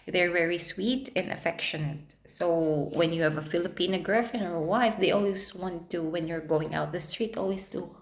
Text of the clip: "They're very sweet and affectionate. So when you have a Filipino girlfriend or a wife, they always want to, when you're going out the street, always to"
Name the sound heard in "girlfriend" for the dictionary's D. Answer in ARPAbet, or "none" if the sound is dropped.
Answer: none